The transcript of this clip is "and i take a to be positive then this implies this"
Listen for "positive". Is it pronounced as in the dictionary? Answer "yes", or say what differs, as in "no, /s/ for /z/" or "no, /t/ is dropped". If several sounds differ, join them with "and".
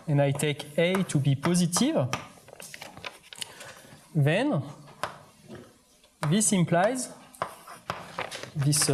yes